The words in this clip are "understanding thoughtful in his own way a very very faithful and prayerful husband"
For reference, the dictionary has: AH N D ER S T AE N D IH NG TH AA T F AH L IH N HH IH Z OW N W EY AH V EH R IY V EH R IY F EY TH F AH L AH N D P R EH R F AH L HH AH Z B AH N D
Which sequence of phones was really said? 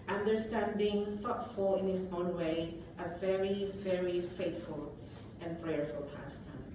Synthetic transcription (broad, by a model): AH N D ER S T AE N D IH NG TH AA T F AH L IH N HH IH S OW N W EY AH V EH R IY V EH R IY F EY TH F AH L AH N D P R EH R F AH L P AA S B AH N